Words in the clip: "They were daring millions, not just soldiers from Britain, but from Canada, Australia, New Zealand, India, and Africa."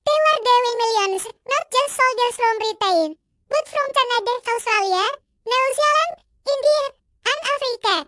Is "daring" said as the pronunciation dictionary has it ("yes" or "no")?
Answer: no